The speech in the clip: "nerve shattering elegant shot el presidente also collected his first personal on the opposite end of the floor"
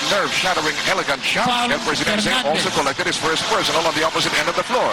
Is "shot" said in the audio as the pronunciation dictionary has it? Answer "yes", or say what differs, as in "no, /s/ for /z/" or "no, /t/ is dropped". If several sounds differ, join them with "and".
no, /t/ is dropped